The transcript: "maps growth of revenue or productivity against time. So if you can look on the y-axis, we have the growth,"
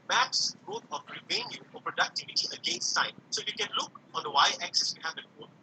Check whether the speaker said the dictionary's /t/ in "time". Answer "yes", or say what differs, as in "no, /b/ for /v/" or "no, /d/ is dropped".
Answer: no, /s/ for /t/